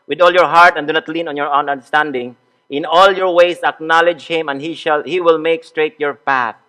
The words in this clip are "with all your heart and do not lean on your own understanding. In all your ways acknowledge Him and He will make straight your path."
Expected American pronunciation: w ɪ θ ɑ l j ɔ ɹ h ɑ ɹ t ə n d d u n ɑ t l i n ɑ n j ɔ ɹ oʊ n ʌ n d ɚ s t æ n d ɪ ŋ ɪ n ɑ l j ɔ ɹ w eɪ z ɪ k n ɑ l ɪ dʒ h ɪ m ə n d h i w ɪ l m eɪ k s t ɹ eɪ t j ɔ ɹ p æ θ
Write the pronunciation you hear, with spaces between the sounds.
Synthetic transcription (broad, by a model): w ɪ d ɑ l j ɔ ɹ h ɑ ɹ t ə n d d u n ɑ t l i n ɑ n j ɔ ɹ oʊ n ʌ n d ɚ s t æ n d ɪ ŋ ɪ n ɑ l j ɔ ɹ w eɪ s ɪ k n ɑ l ɪ dʒ h ɪ m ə n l h i w ɪ l m eɪ k s t ɹ eɪ t j ɔ ɹ p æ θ